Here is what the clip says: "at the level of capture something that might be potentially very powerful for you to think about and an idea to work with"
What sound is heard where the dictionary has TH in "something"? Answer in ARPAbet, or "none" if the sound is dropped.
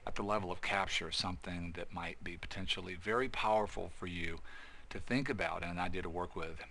TH